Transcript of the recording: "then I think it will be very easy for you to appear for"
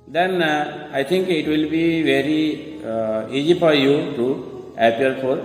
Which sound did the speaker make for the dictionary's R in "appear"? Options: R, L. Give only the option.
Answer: L